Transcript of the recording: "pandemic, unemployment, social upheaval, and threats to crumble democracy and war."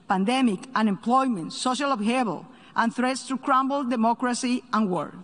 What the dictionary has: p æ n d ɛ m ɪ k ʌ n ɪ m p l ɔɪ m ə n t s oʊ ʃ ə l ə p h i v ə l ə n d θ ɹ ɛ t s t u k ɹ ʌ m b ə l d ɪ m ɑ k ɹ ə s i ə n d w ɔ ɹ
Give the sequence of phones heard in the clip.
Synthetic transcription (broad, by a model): p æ n d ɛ m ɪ k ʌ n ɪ m p l ɔɪ m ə n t s oʊ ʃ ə l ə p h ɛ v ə l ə n θ ɹ ɛ t s t u k ɹ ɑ m b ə l d ɪ m ɑ k ɹ ə s i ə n w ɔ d